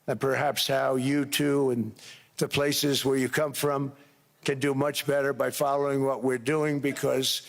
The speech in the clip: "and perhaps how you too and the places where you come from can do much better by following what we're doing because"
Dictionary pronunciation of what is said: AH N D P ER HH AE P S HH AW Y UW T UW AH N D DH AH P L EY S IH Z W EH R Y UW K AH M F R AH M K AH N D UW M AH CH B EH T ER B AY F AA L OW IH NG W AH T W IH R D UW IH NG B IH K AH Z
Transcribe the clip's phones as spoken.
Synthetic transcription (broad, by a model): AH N P ER HH AE P S HH AW Y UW T UW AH N DH AH P L EY S IH Z W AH R Y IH K AH M F R AH M K AH N D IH M AH CH B EH T ER B AY F AA L OW IH NG W AH T W IH R D UW IH NG B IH K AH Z